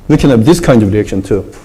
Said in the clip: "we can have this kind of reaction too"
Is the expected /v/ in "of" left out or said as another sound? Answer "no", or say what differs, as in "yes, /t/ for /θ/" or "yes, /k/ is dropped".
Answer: no